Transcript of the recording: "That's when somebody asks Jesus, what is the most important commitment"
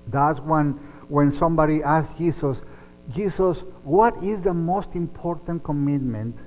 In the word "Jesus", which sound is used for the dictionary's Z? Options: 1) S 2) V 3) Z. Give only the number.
1